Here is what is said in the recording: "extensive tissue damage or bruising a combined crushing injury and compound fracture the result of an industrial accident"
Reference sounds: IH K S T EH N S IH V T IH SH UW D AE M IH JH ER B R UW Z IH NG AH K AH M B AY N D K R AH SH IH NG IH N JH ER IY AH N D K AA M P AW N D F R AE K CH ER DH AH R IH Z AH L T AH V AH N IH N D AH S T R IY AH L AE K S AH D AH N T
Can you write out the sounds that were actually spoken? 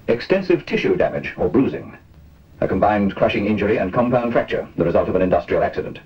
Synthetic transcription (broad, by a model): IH K S T EH N S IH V T IH SH UW D AE M IH JH ER B R UW Z IH NG AH K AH M B AY N K R AH SH IH NG IH N JH ER IY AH N K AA M P AW N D F R AE K CH ER DH AH R IH Z AH L T AH V AH N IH N D AH S T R IY L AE K S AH D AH N T